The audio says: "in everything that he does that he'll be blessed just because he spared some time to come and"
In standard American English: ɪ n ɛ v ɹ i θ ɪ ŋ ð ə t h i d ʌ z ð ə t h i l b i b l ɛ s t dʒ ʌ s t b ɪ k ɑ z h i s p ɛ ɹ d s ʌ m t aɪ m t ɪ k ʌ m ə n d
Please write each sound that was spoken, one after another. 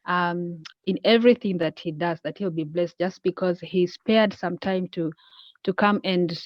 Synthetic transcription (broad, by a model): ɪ n ɛ v ɹ i θ ɪ ŋ ð ə t h i d ʌ z ð ə t h i l b i b l ɛ s t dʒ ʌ s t b ɪ k ɑ z h i s p ɛ ɹ d s ʌ m t aɪ m t ɪ k ʌ m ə n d